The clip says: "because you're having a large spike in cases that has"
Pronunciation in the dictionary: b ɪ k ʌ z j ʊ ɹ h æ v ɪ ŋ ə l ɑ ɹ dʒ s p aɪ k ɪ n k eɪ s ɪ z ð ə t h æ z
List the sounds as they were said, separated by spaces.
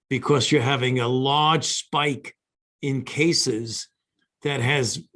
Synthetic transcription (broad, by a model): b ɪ k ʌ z j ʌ ɹ h æ v ɪ ŋ ə l ɑ ɹ dʒ s p aɪ k ɪ n k eɪ s ɪ z ð ə t h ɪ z